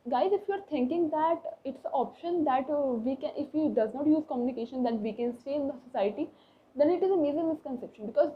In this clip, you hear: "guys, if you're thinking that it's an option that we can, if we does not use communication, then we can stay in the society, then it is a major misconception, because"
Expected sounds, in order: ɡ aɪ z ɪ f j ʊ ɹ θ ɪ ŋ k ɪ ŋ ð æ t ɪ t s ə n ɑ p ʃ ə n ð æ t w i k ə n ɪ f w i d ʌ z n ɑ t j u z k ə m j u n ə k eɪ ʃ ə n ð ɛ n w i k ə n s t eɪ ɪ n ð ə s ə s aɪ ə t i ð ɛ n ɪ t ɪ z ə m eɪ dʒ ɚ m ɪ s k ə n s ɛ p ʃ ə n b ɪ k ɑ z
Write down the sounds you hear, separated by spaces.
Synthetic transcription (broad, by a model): ɡ aɪ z ɪ f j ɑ ɹ t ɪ ŋ k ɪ ŋ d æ t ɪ t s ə ɑ p ʃ ə n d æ t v i k ə n ɪ f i d ʌ z n ɑ t j u z k ə m j u n ə k eɪ ʃ ə n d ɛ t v i k ə n s t eɪ ɪ n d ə s ə s aɪ ə t i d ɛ n ɪ t ɪ z ə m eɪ z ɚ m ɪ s k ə n s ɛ p ʃ ə n b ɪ k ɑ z